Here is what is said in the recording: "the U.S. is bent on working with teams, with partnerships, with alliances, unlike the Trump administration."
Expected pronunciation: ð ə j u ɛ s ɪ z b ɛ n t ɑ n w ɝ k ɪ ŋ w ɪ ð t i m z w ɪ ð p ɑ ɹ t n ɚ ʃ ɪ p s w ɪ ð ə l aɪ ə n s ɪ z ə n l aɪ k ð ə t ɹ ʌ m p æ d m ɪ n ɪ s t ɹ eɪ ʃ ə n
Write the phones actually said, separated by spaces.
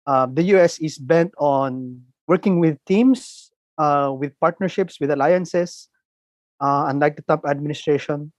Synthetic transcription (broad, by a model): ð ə j u ɛ s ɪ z b ɛ n t ɑ n w ɝ k ɪ ŋ w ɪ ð t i m s w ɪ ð p ɑ ɹ t n ɚ ʃ ɪ p s w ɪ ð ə l aɪ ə n s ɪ s ə n l aɪ k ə t ʌ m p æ d m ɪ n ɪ s t ɹ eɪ ʃ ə n